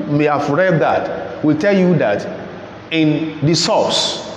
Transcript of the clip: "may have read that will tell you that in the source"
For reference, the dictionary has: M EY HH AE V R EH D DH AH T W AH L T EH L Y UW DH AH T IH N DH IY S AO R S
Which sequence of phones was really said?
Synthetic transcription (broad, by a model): M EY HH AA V R EH D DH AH T W AH L T EH L Y UW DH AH T IH N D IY S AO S